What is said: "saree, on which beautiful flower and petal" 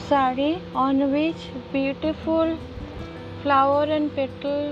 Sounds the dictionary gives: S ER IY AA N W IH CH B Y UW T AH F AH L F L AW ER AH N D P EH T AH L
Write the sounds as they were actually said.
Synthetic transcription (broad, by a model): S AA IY AA N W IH CH B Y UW T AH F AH L P L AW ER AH N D P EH T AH L